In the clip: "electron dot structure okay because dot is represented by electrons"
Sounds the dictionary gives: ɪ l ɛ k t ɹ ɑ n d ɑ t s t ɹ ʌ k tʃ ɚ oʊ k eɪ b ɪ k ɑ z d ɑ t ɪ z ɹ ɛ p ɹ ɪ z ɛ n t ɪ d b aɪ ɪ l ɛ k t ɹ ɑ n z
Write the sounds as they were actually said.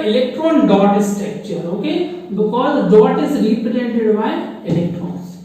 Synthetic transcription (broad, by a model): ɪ l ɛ k t ɹ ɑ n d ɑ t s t ɛ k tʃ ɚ oʊ k eɪ b ɪ k ɑ z d ɑ t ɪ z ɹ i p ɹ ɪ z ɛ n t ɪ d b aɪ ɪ l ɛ k t ɹ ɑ n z